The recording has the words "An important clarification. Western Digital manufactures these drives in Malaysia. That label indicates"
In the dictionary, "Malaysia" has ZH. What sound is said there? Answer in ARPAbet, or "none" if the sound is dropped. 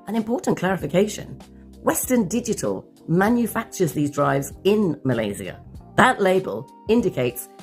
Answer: Z